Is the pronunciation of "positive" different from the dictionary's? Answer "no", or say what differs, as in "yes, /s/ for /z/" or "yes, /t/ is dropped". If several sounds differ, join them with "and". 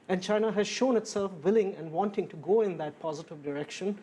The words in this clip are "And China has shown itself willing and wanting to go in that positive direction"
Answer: no